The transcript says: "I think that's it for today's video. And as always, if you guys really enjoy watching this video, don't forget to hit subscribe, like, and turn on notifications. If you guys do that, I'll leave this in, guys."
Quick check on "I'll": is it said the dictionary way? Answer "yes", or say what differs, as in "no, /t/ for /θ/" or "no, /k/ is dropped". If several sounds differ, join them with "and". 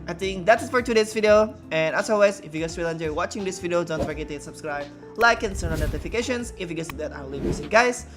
no, /n/ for /l/